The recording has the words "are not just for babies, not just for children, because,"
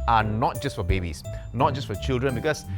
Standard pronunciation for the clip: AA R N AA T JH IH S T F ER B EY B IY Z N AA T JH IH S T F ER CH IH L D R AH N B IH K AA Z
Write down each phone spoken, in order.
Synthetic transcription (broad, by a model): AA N N AA T JH IH S T F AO B EY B IY S N AA T JH IH S T F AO CH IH L D R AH N B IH K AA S